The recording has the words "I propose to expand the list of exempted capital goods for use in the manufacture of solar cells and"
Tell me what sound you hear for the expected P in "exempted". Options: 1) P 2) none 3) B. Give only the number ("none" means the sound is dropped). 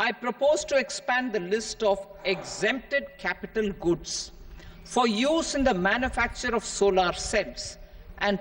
1